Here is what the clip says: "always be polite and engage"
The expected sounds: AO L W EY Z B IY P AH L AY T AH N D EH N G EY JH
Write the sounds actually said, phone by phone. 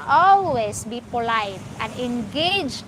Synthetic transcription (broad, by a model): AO L W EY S B IY P AH L AY T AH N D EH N G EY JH